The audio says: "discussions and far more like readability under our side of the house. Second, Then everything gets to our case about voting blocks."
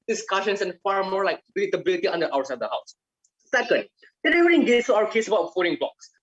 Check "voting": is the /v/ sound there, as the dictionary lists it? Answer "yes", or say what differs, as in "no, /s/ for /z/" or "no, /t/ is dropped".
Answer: no, /f/ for /v/